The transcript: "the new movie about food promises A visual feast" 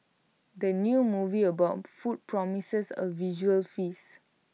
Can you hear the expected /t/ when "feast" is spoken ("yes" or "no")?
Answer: no